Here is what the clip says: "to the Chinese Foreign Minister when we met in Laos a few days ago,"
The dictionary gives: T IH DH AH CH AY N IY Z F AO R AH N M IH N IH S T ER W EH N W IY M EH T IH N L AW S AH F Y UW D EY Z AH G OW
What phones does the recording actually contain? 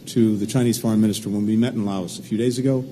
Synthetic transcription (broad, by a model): T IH DH AH CH AY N IY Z F AO R AH N M IH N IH S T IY W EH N W IY M EH T N L AW S AH F Y UW D EY Z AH G OW